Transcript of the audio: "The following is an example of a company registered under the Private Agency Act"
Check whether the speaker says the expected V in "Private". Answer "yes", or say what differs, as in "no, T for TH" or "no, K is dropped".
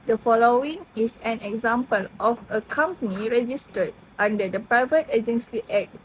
yes